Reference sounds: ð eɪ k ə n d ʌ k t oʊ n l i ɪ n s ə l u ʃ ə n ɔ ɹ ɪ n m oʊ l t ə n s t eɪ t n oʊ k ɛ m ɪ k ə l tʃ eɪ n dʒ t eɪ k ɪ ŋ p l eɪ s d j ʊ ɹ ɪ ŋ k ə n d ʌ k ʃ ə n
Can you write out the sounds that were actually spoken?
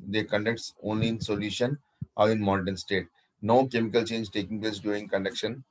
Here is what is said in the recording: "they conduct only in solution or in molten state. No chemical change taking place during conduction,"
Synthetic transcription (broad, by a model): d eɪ k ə n d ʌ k t oʊ n l i ɪ n s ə l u ʃ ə n ɔ ɹ ɪ n m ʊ n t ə n s t eɪ t n oʊ k ɛ m ɪ k ə l tʃ eɪ n dʒ t eɪ k ɪ ŋ p l eɪ s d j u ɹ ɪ ŋ k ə n d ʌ k ʃ ə n